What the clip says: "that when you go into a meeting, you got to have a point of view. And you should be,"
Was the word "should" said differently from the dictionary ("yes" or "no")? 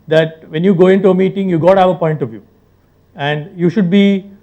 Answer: no